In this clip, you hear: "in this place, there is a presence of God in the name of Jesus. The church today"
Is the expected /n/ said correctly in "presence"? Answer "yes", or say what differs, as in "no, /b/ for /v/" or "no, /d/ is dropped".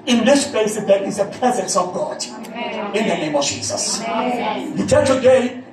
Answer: yes